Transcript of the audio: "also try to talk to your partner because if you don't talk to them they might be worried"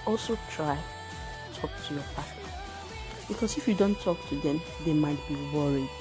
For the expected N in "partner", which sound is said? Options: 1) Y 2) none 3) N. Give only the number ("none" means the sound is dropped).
2